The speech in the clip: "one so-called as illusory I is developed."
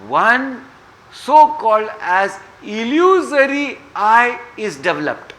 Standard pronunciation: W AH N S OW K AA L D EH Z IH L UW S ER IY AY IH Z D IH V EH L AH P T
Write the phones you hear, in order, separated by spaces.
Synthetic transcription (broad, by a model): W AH N S OW K AA L D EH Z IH L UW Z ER IY AY IH Z D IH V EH L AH P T